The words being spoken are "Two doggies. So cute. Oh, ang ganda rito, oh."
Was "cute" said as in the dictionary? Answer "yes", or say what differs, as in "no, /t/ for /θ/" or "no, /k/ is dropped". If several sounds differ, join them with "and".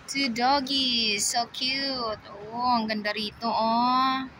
yes